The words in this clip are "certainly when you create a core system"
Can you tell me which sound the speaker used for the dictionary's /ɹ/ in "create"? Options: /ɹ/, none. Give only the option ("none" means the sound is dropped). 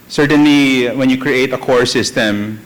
/ɹ/